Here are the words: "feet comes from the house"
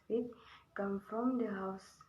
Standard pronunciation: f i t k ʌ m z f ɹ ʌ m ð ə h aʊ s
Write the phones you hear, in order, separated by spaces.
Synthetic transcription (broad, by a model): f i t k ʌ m f ɹ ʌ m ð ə h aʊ s